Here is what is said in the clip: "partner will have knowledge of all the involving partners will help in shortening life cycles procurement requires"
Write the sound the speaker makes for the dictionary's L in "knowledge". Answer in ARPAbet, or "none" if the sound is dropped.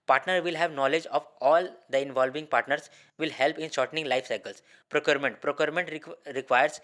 L